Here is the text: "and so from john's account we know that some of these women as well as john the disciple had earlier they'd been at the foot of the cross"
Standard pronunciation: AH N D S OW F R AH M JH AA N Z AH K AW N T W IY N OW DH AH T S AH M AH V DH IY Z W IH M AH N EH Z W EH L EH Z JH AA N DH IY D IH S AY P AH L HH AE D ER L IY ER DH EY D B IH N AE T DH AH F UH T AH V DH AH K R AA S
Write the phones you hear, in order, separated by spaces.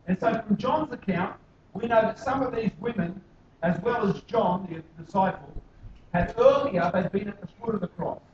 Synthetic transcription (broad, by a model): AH N S OW F R AH M JH AA N Z AH K AW N T W IY N OW DH AH T S AH M AH V DH IY Z W IH M AH N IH Z W EH L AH Z JH AA N DH IY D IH S AY P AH L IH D ER L IY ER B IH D B IH N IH T DH AH F UH T AH V DH AH K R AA S